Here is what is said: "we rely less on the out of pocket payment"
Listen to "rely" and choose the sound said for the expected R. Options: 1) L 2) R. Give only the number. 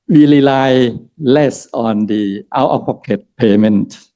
1